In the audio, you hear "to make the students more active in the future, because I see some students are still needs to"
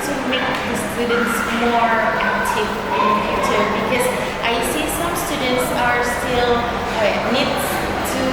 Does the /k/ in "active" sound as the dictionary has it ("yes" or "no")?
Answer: no